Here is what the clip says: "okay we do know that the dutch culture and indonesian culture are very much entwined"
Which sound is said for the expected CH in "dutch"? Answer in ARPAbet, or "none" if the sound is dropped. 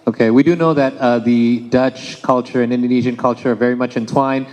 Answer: CH